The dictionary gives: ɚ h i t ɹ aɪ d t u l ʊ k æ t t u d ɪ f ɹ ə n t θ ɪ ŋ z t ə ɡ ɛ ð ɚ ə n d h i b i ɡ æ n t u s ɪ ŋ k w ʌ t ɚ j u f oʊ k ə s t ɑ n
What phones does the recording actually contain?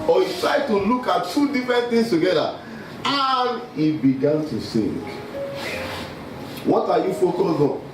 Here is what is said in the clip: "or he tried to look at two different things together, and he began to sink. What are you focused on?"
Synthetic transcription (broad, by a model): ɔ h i t ɹ aɪ d t u l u k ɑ t t u d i f ɹ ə n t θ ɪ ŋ s t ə ɡ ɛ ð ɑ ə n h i b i ɡ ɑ n t u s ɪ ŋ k w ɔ t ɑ j u f oʊ k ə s ɑ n